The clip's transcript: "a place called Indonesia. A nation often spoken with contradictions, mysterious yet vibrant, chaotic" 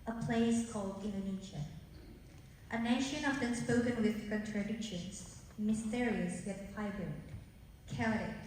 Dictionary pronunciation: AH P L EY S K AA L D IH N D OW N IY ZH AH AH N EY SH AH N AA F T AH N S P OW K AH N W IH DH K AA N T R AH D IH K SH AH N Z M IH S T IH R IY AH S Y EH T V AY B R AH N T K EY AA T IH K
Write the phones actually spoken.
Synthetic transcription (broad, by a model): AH P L EY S K AA L D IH N D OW N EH SH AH AH N EY SH AH N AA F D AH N S P OW K AH N W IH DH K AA N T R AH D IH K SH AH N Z M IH S T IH R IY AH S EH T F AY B AH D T K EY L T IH